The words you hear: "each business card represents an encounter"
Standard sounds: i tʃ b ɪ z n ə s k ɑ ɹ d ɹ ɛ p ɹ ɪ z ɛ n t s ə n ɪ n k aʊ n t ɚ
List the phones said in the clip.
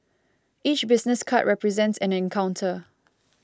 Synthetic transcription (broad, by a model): i tʃ b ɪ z n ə s k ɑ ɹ ɹ ɛ p ɹ ɪ z ɛ n t s ə n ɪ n k aʊ n t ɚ